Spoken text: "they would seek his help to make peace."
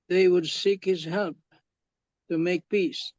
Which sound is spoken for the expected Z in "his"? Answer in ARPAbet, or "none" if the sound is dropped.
Z